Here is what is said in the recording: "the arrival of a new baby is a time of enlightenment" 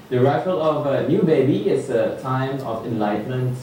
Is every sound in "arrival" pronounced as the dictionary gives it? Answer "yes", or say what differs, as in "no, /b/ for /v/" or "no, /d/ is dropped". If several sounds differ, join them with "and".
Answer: no, /f/ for /v/